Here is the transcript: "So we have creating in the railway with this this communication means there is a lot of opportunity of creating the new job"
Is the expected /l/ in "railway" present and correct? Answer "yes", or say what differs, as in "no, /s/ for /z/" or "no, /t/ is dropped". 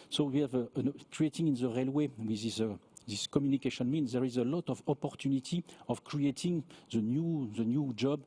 yes